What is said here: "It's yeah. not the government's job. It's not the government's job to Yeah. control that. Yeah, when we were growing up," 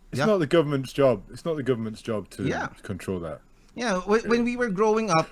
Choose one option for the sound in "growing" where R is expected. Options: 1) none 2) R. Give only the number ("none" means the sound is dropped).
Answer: 2